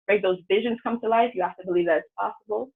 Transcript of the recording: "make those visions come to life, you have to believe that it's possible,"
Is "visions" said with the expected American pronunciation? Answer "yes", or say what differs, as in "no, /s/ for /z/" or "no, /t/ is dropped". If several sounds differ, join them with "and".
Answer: yes